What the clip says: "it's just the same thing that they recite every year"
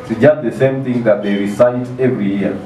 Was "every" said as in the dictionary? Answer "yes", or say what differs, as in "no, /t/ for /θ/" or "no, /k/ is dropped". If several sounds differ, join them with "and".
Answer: yes